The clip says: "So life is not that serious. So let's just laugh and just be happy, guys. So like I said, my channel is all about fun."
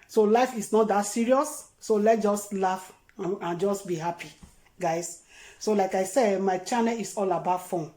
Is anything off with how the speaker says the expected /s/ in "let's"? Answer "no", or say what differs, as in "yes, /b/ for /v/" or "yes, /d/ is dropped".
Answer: yes, /s/ is dropped